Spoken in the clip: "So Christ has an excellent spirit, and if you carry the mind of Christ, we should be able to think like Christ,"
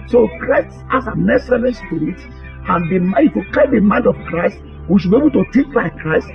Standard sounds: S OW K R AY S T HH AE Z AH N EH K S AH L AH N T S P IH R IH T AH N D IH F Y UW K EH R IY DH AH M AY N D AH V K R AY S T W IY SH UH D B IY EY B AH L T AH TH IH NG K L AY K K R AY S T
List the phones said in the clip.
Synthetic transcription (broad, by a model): S OW K R AY S T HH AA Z AH N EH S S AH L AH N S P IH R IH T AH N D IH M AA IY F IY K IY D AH M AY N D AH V K R AY S T W IY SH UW B IY EY B AH L T AH T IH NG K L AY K K R AY S T